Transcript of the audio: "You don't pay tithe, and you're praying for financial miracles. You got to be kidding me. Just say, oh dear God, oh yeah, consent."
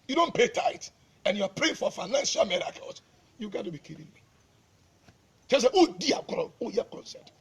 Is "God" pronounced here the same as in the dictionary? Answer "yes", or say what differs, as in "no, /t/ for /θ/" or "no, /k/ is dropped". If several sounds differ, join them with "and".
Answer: no, /d/ is dropped